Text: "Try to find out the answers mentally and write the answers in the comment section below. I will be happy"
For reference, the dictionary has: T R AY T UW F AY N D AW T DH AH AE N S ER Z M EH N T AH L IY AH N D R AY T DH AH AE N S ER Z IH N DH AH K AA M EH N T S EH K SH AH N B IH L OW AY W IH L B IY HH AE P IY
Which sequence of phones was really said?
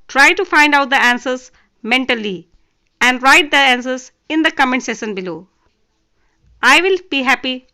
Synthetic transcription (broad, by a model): T R AY T UW F AY N D AW T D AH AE N S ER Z M EH N T AH L IY AH N D R AY T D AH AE N S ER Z IH N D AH K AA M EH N S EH SH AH N B IH L OW AY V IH L B IY HH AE P IY